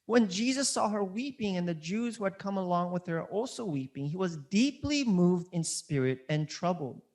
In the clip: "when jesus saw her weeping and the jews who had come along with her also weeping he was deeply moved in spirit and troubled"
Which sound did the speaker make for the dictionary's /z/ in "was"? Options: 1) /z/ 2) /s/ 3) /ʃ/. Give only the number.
1